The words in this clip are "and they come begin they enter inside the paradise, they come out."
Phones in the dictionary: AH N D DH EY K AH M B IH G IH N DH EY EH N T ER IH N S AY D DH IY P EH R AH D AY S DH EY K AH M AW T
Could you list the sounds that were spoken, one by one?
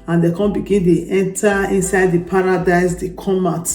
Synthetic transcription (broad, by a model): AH N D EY K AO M B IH G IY N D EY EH N T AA IH N S AY D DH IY P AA R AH D AY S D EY K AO M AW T